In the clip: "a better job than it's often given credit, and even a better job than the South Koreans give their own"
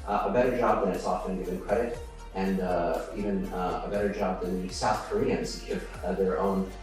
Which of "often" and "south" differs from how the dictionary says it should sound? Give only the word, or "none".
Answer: none